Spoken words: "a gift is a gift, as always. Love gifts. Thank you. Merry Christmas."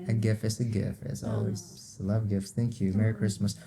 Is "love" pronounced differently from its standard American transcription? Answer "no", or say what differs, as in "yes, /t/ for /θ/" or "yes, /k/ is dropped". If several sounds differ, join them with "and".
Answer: no